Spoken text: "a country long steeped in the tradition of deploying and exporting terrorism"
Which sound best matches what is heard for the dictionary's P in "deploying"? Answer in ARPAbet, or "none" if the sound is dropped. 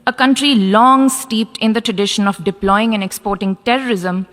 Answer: P